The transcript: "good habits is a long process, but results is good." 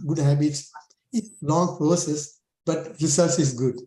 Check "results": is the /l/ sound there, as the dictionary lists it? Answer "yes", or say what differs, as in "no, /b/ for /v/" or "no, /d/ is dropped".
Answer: no, /l/ is dropped